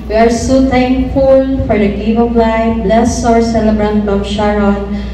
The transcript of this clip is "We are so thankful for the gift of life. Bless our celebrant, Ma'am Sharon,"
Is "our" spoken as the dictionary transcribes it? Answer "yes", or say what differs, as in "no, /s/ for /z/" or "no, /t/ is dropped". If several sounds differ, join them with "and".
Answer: yes